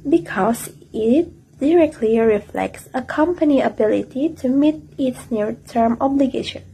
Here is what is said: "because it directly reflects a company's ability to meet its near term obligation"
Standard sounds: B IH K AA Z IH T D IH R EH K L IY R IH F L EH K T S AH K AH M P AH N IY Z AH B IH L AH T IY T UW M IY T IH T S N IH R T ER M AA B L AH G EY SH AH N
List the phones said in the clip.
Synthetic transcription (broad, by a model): B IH K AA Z IH T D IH R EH K L IY R IH F L EH K T S AH K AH M P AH N IY AH B IH L AH T IY T UW M IY T IH T S N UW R T ER M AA B L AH G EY SH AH N